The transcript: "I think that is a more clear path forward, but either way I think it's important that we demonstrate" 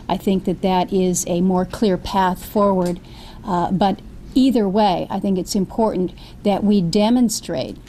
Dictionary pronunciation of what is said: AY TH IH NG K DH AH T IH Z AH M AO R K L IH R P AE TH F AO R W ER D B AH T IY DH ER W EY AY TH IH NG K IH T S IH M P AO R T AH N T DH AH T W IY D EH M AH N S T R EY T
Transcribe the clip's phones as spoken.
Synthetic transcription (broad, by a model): AY TH IH NG K DH AH T IH Z AH M AO R K L IH R P AE TH F AO R W ER D B AH T IY DH ER W EY AY TH IH NG K IH T S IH M P AO R T N DH AH T W IY D EH M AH N S T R EY T